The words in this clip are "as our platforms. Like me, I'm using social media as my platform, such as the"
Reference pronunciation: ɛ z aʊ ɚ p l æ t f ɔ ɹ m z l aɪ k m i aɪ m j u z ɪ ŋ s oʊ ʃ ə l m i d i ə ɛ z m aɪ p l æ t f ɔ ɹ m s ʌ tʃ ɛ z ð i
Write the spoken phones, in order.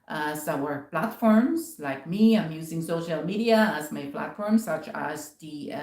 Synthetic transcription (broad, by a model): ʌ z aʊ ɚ p l æ t f ɔ ɹ m z l aɪ k m i aɪ m j u z ɪ ŋ s oʊ ʃ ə l m i d i ə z m aɪ p l æ t f ɔ ɹ m s ʌ tʃ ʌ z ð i